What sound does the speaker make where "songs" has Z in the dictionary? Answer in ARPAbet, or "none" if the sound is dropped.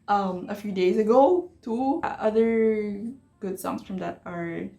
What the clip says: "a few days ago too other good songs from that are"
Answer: S